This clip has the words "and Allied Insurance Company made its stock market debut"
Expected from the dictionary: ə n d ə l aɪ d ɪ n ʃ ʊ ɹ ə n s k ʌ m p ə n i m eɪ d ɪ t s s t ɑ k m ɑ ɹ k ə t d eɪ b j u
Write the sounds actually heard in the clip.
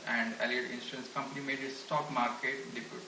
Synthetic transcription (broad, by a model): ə n d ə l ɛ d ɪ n s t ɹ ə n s k ʌ m p ə n i m eɪ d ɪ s s t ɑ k m ɑ ɹ k ə t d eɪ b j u